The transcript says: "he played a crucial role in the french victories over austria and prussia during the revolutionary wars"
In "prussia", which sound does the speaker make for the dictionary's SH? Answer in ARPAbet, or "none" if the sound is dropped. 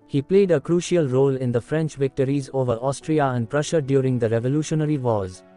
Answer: SH